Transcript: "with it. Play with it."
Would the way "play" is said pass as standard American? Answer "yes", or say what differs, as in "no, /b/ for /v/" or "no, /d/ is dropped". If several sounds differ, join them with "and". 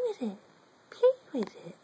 no, /l/ is dropped